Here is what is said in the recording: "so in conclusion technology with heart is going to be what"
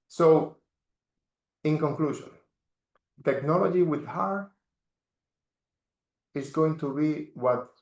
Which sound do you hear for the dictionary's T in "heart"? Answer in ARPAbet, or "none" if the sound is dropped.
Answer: none